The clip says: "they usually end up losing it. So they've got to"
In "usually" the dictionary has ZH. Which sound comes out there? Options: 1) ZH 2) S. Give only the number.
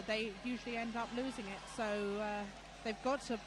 1